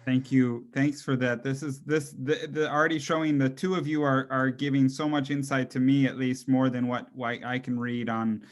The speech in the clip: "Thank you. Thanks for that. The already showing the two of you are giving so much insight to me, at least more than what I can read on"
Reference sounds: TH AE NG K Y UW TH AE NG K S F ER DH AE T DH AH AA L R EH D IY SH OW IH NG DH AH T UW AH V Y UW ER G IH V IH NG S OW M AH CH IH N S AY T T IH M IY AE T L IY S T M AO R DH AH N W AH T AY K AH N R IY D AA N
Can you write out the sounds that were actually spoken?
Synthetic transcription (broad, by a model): TH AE NG K Y UW TH AE NG K S F ER DH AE T DH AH AA L R EH D IY SH OW IH NG DH AH T UW AH V Y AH ER G IH V IH NG S OW M AH CH IH N S AY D T IH M IY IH T L IY S T M AO R DH AH N W AH T AY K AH N R IY D N